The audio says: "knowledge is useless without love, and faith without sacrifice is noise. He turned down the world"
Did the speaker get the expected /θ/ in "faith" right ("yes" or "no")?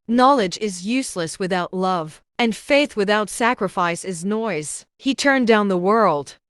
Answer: yes